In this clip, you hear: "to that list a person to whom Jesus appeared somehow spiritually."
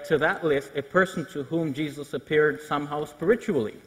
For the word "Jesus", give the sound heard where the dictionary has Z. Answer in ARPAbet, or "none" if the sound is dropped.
Z